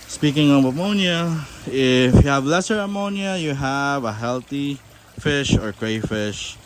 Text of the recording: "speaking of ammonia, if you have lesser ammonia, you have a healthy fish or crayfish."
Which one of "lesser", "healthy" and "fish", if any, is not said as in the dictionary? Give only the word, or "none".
healthy